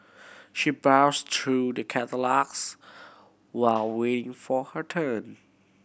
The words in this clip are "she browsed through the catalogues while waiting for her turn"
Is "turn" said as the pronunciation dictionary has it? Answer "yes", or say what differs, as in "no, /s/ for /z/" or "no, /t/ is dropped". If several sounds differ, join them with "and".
yes